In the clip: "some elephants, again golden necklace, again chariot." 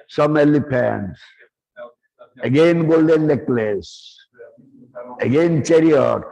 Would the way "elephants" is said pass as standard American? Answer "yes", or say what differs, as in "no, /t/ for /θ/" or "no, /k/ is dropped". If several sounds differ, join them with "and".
no, /p/ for /f/